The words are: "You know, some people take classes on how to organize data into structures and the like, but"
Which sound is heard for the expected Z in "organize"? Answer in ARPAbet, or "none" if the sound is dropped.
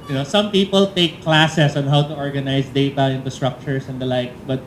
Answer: S